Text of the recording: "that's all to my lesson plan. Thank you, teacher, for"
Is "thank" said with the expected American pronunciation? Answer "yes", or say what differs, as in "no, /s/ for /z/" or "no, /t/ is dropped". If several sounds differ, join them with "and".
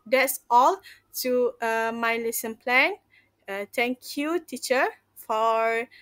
no, /t/ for /θ/